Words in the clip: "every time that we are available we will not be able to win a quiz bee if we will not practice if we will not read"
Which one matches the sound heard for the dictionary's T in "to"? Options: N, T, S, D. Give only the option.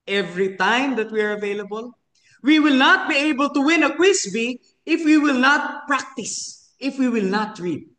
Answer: T